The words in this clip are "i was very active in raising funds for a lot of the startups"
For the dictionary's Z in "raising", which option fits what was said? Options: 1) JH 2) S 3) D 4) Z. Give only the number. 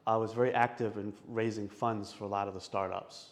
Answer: 4